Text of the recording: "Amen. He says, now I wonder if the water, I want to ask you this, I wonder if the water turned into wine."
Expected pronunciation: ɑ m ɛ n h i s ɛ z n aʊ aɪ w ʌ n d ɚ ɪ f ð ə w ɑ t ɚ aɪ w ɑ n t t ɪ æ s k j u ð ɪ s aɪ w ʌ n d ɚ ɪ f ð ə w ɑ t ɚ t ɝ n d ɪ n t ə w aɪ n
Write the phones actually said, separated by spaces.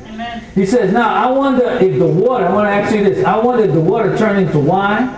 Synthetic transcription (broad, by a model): h i s ɛ z n aʊ aɪ w ʌ n d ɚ ɪ f ð ə w ɑ t ɚ aɪ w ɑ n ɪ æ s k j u ð ɪ s aɪ w ʌ n d ɚ ɪ f ð ə w ɑ t ɚ t ɝ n ɪ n t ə w aɪ n